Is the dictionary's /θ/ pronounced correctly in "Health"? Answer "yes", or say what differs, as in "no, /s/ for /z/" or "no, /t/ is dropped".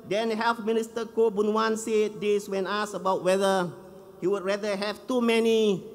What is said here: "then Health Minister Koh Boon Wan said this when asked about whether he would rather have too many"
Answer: no, /f/ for /θ/